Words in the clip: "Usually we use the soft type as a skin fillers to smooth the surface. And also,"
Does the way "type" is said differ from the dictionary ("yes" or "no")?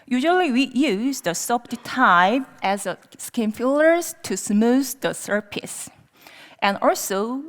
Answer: yes